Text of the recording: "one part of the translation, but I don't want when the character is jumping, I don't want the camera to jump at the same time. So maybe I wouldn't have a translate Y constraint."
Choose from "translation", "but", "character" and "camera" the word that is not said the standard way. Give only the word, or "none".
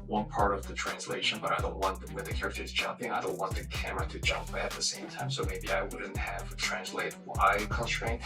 none